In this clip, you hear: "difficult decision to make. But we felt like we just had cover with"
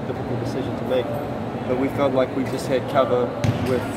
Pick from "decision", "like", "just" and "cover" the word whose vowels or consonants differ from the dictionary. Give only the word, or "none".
none